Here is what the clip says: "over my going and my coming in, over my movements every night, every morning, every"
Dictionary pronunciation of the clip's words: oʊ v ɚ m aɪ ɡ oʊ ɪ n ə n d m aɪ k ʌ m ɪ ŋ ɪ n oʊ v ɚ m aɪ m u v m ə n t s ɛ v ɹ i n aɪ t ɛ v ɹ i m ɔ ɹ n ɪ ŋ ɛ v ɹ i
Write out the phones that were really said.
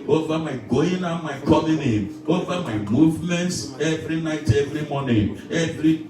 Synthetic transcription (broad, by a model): oʊ v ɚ m aɪ ɡ oʊ ɪ n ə m aɪ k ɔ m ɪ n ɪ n oʊ v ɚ m aɪ m u v m ə n t s ɛ v ɹ i n aɪ t ɛ v ɹ i m ɔ n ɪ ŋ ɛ v ɹ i